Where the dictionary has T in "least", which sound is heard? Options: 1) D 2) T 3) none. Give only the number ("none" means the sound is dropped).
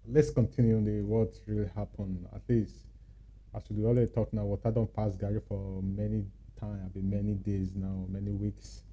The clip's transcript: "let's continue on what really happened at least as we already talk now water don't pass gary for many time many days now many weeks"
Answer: 2